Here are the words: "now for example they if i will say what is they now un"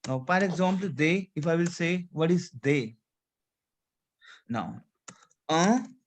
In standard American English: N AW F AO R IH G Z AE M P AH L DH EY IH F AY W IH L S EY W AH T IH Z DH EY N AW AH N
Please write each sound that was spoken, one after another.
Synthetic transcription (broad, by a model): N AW P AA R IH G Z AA M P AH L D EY IH F AY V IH L S EY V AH T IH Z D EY N AW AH